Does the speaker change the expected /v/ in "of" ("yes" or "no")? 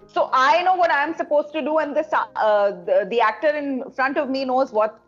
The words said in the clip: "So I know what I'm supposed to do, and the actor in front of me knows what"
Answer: no